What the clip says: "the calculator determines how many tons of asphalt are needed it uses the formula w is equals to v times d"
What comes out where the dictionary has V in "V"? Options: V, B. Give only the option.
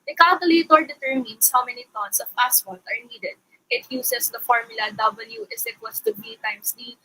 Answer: B